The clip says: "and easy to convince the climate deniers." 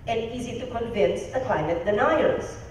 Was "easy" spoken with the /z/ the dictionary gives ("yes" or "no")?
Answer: yes